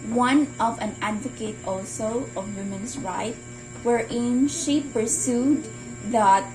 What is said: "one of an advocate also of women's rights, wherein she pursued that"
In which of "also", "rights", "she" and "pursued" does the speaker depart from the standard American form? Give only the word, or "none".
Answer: rights